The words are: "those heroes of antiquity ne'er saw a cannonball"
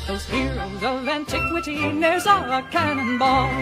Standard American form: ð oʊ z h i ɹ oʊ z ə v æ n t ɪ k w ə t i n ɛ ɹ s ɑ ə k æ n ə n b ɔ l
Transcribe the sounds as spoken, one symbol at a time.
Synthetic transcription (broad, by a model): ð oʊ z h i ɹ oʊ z ə v æ n t ɪ k w ə t i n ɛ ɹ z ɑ ə k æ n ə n b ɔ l